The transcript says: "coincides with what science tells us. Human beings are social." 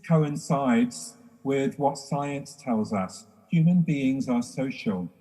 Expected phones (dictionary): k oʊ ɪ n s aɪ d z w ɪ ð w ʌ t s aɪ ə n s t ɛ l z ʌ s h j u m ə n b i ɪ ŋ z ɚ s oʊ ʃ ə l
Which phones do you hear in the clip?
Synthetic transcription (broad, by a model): k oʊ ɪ n s aɪ d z w ɪ ð w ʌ t s aɪ ə n s t ɛ l z ʌ s h j u m ə n b i ɪ ŋ z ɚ s oʊ ʃ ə l